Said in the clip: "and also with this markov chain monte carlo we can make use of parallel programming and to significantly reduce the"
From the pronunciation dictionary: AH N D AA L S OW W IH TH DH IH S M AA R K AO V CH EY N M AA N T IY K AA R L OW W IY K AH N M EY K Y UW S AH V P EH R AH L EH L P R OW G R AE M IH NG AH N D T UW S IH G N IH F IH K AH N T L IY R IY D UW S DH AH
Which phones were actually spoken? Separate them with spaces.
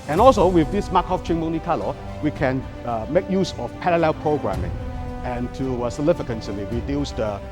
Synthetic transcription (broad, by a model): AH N AA L S OW W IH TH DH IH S M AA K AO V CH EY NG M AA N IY K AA L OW W IY K AH N M EY K Y UW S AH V P EH R AH L EH L P R OW G R AE M IH NG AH N T UW S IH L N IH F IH K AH N S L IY W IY D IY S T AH